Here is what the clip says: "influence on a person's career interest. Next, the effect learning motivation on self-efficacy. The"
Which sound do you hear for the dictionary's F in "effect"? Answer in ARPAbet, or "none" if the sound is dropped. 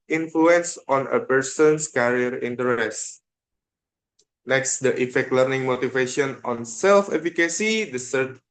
F